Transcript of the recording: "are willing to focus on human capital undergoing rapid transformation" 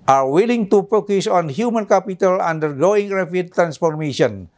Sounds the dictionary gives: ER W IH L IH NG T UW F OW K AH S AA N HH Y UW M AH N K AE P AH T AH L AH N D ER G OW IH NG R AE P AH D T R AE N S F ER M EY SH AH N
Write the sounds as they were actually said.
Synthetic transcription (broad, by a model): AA W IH L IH NG T UW F OW K AH S AA N HH Y UW M AH N K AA P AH T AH L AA N D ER G OW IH NG R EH F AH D T R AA N S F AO M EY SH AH N